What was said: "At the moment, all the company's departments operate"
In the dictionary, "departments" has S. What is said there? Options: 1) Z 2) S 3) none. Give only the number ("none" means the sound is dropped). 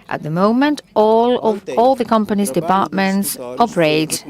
2